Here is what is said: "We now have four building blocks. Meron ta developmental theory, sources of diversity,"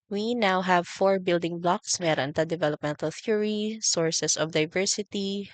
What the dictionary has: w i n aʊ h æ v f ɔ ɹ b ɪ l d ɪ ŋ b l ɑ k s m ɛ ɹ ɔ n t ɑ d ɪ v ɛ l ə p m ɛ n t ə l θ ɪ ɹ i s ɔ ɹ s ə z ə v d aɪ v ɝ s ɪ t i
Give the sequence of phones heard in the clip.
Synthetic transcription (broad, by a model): w i n aʊ h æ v f ɔ ɹ b ɪ l d ɪ ŋ b l ɑ k s m ɛ ɹ ɔ n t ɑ d ɪ v ɛ l ə p m ɛ n t ə l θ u ɹ i s ɔ ɹ s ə s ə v d aɪ v ɝ s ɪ t i